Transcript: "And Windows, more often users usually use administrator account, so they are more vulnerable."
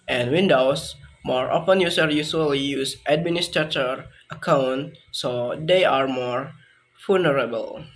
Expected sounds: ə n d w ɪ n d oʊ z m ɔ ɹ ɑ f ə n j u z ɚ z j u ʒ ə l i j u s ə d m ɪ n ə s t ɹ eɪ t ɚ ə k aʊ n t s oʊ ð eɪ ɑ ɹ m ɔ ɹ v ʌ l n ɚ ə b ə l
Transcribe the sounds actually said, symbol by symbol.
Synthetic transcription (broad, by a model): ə n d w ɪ n d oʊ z m ɔ ɹ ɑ p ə n j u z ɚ j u s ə l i j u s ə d m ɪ n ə s t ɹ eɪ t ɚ ə k aʊ n t s oʊ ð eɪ ɑ ɹ m ɔ ɹ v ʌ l n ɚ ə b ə l